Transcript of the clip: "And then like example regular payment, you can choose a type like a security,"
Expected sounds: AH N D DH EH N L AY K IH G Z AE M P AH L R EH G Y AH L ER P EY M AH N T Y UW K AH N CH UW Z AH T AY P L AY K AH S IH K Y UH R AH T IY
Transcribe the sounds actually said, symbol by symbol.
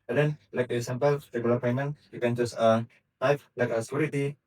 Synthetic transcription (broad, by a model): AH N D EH N L AY K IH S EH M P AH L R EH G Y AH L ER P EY M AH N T Y UW K AH N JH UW S AH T AY F L AY K AH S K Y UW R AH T IY